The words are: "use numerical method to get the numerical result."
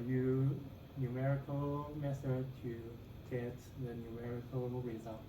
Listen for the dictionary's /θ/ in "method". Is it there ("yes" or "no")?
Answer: no